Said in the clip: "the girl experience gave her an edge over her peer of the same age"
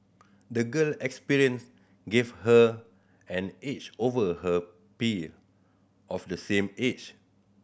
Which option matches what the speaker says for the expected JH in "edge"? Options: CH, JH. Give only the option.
CH